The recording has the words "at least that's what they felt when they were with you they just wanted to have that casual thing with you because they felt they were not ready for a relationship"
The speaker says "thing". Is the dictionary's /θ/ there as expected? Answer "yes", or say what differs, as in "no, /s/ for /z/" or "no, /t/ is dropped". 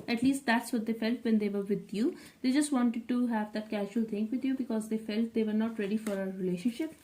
no, /t/ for /θ/